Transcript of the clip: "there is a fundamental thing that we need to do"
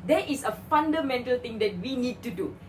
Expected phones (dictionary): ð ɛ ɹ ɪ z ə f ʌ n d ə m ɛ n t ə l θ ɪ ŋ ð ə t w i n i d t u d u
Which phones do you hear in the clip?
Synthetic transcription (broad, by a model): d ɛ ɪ s ə f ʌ n d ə m ɛ n t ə l t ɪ ŋ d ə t w i n i d t u d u